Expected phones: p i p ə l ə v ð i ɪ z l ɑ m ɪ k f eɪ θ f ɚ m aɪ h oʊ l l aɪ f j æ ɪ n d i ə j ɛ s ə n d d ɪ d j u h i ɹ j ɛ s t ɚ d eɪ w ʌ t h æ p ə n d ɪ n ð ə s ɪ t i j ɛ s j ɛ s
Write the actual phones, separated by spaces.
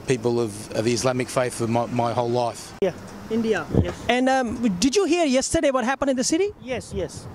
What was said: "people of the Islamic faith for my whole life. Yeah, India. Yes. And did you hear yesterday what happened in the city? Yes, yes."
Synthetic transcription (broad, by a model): p i p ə l ə v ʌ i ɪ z l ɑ m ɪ k f eɪ θ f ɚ m aɪ h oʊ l l aɪ f j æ ɪ n d i ə j ɛ s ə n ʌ d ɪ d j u h i ɹ j ɛ s t ɚ d eɪ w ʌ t h æ p ə n d ɪ n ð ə s ɪ t i j ɛ s j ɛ s